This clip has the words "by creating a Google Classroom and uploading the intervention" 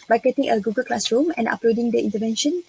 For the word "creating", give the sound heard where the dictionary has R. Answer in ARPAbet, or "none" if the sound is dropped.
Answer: none